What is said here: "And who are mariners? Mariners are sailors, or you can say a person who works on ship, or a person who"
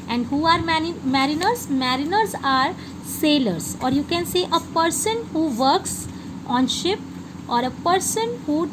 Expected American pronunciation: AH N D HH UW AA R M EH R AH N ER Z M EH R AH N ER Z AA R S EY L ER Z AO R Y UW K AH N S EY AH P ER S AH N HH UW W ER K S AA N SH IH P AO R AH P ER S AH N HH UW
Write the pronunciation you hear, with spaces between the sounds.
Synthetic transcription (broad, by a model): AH N D HH UW AA R M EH R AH N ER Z M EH R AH N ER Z AA R S EY L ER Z AO R Y UW K AH N S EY AH P ER S AH N HH UW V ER K S AA N SH IH P AO R AH P ER S AH N HH UW